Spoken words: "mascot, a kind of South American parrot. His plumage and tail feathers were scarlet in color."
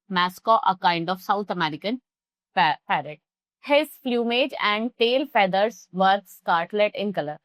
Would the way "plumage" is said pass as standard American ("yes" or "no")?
no